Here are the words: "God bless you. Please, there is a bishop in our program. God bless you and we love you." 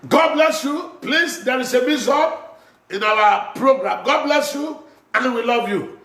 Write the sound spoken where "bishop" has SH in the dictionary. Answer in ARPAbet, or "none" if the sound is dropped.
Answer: S